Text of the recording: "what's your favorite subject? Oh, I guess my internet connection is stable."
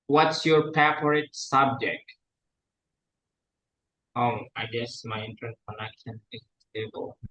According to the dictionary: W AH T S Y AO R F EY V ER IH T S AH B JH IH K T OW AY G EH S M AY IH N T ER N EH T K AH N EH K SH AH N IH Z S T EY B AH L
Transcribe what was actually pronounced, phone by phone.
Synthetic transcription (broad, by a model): W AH T S Y AO R P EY P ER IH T S AH B JH IH K T OW AY G EH S M AY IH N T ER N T K AH N EH K SH AH N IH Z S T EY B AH L